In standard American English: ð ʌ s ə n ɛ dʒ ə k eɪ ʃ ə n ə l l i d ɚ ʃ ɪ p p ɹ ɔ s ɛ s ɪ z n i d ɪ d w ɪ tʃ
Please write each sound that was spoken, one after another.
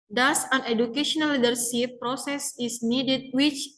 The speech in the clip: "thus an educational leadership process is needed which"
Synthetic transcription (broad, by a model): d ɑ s ə n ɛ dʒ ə k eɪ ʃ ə n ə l l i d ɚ s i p p ɹ ɔ s ɛ s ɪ s n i d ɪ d w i tʃ